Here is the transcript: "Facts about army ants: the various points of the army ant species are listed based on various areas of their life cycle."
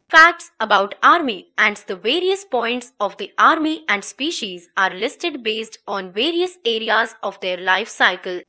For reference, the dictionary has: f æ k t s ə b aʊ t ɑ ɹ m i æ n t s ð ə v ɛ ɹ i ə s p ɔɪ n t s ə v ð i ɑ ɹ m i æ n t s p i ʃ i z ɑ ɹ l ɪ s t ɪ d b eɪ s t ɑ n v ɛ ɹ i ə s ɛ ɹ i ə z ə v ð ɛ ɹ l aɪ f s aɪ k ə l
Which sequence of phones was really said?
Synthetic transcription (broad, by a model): f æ k t s ə b aʊ t ɑ ɹ m i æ n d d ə v ɛ ɹ i ə s p ɔɪ n t s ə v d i ɑ ɹ m i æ n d s p i ʃ i z ɑ ɹ l ɪ s t ɪ d b eɪ s t ɑ n v ɛ ɹ i ə s ɛ ɹ i ə z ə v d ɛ ɹ l aɪ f s aɪ k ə l